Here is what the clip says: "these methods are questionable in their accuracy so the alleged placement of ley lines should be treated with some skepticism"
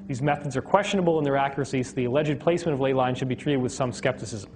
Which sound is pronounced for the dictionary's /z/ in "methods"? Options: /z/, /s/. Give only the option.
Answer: /z/